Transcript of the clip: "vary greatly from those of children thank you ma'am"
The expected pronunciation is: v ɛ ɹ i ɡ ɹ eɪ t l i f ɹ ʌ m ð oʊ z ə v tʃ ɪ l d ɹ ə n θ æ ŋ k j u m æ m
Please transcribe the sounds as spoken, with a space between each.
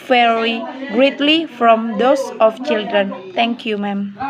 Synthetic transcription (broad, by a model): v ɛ ɹ i ɡ ɹ eɪ t l i f ɹ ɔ m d oʊ s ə f tʃ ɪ l d ɹ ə n t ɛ ŋ k j u m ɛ m